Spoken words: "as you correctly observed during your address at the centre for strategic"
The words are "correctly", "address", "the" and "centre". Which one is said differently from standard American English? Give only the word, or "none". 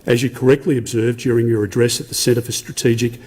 centre